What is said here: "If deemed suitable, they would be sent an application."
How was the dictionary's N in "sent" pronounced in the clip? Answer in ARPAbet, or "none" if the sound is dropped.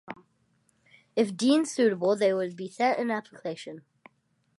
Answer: none